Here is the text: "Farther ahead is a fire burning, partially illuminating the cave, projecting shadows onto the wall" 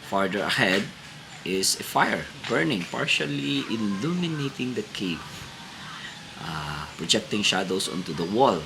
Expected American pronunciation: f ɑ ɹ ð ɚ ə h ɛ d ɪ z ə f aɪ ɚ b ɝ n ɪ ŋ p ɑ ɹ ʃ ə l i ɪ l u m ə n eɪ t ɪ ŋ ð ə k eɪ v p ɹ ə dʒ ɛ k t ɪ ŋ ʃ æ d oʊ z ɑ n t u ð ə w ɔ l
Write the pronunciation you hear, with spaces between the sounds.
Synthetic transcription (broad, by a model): f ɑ ɹ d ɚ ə h ɛ d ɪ s ə f aɪ ɚ b ɝ n ɪ ŋ p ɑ ɹ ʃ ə l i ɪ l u m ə n eɪ t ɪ ŋ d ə k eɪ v p ɹ ə dʒ ɛ k t ɪ ŋ ʃ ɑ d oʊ s ɑ n t u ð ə w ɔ l